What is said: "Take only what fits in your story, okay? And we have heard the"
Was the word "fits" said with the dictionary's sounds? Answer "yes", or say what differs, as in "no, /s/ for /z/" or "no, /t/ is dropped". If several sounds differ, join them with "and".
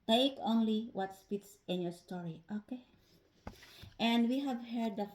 no, /p/ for /f/